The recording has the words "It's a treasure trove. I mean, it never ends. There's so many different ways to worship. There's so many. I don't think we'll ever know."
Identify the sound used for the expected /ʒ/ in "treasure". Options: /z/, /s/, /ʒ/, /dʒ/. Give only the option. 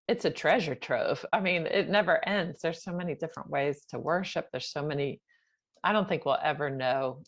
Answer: /ʒ/